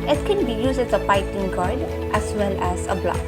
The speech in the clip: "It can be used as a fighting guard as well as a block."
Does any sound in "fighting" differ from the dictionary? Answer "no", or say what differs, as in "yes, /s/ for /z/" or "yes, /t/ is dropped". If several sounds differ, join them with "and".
yes, /p/ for /f/